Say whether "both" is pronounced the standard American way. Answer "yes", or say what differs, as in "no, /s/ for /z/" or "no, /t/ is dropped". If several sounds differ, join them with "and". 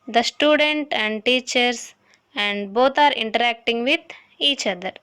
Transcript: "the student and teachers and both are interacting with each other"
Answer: no, /t/ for /θ/